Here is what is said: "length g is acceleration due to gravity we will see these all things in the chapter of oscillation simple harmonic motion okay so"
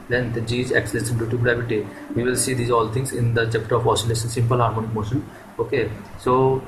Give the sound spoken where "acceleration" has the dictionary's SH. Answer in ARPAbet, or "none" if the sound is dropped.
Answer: S